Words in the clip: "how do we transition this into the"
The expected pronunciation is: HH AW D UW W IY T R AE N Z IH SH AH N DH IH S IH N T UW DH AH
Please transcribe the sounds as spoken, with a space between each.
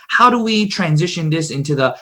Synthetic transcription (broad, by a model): HH AW D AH W IY T R AE N Z IH SH AH N DH IH S IH N T UW DH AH